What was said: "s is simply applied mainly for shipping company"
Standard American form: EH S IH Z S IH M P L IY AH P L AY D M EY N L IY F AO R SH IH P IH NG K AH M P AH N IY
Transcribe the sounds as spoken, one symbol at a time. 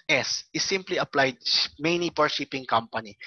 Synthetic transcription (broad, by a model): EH S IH S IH M P L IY AH P L AY D M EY N IY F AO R SH IH P IH NG K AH M P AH N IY